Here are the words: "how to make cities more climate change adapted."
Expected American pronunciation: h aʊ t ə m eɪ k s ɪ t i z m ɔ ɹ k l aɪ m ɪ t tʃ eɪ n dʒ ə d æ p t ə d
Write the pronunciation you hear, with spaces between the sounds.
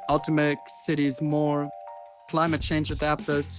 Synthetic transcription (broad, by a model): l t ə m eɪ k s ɪ t i z m ɔ ɹ k l aɪ m ɪ t tʃ eɪ n dʒ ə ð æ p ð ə